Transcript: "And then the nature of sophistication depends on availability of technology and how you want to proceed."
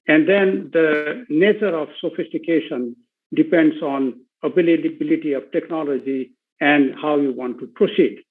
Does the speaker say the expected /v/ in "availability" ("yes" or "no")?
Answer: no